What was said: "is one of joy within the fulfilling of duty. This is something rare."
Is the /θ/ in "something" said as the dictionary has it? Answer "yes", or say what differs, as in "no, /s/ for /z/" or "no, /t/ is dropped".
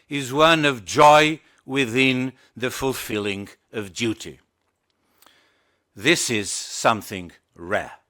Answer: yes